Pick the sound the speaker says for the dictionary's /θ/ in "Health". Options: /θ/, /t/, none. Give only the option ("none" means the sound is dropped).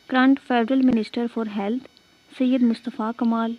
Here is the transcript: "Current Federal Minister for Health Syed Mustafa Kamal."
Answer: /t/